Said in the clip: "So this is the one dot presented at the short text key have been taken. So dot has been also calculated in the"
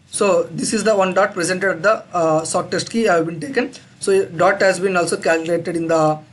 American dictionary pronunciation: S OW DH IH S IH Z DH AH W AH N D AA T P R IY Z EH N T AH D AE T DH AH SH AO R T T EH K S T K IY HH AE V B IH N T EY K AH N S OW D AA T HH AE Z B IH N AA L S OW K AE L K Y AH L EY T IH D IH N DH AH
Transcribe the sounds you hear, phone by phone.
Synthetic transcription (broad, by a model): S OW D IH S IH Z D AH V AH N D AA T P R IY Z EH N T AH D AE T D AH S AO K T T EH S T K IY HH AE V B IH N T EY K AH N S OW D AA T HH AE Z B IH N AA L S OW K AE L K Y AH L EY T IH D IH N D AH